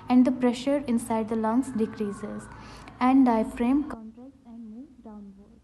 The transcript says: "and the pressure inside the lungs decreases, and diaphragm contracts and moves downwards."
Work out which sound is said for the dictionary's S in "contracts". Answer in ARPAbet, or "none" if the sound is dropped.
none